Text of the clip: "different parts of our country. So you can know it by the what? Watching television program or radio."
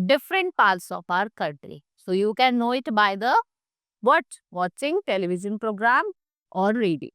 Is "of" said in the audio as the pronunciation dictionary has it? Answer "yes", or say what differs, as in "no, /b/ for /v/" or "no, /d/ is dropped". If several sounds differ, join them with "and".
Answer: no, /p/ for /v/